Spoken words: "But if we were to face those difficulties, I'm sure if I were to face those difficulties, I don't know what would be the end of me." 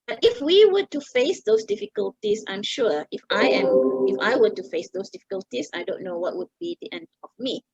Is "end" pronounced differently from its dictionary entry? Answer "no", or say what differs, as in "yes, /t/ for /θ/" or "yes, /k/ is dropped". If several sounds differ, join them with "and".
no